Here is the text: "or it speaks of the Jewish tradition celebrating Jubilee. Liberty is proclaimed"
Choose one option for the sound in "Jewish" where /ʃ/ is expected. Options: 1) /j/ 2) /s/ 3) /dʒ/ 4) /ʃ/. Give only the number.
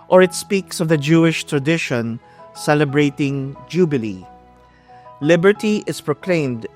4